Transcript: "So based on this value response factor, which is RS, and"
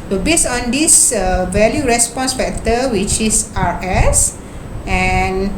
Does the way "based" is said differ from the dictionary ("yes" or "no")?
yes